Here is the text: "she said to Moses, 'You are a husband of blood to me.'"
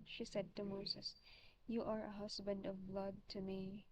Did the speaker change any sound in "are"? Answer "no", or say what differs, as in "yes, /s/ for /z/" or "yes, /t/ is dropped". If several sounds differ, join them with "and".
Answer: no